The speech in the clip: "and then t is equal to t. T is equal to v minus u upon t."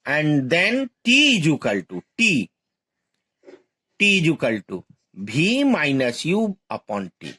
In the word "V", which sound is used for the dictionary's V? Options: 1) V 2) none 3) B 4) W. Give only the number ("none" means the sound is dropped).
3